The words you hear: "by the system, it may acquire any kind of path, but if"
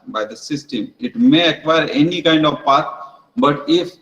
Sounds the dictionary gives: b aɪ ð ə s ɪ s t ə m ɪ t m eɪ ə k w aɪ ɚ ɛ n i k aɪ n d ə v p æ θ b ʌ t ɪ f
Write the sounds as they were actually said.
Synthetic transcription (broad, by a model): b aɪ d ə s ɪ s t ə m ɪ t m eɪ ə k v aɪ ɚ ɛ n i k aɪ n d ə v p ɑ t b ʌ t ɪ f